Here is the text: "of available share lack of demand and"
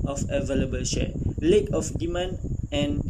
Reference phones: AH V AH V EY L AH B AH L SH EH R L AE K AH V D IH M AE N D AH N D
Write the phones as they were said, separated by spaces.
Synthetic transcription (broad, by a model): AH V AH V EY L AH B AH L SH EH L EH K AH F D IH M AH N AH N